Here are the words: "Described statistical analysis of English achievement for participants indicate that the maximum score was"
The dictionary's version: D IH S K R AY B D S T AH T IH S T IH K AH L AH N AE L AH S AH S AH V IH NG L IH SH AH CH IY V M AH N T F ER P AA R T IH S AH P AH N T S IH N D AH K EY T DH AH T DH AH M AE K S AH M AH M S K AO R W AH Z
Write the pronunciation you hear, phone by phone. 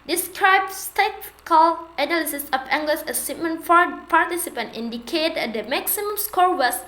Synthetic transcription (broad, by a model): D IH S K R AY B S T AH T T K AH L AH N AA L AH S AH S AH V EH NG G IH S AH S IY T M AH N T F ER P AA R T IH S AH P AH N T IH N D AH K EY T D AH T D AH M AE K S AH M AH M S K AO R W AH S